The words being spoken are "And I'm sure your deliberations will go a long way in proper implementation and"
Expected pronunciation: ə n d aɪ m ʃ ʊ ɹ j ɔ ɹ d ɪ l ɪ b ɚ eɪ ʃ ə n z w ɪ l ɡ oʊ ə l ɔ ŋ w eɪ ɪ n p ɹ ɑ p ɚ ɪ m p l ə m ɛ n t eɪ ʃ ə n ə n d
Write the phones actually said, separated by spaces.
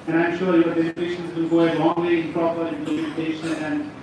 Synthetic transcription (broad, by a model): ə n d aɪ m ʃ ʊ ɹ j ɔ ɹ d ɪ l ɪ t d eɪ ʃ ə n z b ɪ n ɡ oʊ ə l ɔ ŋ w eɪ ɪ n p ɹ ɑ p ɚ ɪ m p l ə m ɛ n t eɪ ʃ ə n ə n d